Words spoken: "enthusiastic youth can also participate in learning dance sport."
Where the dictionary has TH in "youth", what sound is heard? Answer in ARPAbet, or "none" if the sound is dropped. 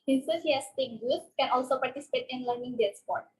T